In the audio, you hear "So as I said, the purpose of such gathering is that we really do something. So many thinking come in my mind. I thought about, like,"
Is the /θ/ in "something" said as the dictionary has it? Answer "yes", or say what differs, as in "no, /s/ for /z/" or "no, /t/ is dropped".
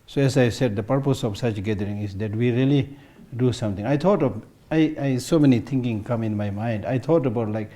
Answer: no, /t/ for /θ/